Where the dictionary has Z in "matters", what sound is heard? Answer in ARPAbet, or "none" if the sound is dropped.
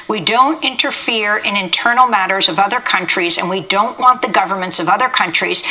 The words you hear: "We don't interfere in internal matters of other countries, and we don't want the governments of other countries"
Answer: Z